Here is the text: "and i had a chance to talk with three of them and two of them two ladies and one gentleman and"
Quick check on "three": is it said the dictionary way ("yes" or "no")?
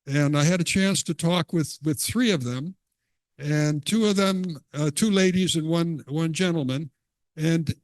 yes